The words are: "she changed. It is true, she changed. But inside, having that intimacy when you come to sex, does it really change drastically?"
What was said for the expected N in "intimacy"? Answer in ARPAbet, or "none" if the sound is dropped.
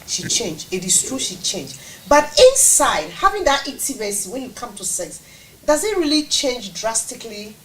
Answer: none